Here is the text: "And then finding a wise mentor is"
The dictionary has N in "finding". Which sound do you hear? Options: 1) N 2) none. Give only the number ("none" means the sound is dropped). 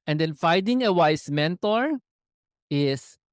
2